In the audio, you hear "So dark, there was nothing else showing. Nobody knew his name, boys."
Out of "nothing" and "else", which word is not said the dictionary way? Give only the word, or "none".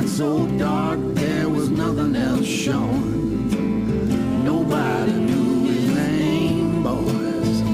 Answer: none